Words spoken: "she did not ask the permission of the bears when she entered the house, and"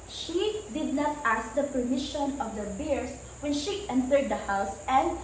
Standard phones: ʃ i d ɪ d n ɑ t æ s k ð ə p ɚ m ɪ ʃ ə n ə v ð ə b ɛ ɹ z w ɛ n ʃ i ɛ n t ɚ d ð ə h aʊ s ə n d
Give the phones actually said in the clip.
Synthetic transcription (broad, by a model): ʃ i d ɪ d n ɑ t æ s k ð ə p ɚ m ɪ ʃ ə n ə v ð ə b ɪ ɹ s w ɛ n ʃ i ɛ n t ɚ d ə h aʊ s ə n d